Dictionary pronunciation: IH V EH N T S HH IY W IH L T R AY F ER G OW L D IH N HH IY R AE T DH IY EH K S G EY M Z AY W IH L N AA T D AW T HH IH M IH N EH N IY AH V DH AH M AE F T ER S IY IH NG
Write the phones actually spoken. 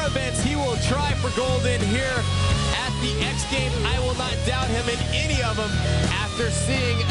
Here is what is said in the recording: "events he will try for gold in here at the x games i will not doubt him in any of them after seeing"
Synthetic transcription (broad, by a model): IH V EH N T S HH IY W IH L T R AY F ER G OW L D IH N HH IY R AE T DH IY EH K S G EY M AY W IH L N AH T D AW T HH IH M IH N EH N IY AH V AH M AE F T ER S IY IH NG